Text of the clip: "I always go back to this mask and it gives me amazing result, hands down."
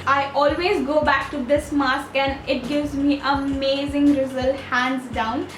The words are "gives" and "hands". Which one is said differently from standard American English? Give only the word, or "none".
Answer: none